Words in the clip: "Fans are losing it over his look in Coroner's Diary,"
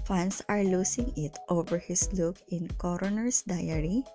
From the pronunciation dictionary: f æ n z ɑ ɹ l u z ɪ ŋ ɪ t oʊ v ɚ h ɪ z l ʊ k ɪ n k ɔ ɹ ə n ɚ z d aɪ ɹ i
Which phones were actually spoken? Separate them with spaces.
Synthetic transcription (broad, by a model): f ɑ n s ɑ ɹ l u s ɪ ŋ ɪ t oʊ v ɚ h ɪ s l ʊ k ɪ n k ɔ ɹ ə n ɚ s d aɪ ɹ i